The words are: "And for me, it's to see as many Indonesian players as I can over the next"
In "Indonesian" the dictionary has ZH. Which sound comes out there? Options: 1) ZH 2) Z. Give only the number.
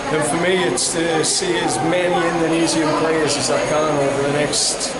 2